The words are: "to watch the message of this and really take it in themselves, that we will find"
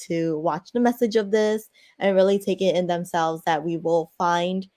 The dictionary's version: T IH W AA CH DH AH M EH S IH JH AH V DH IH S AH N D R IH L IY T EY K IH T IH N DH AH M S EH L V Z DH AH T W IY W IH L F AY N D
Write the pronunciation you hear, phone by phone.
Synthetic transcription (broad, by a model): T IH W AA CH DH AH M EH S IH JH AH V DH IH S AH N R IH L IY T EY K IH T IH N DH AH M S EH L V Z DH AH T W IY W IH L F AY N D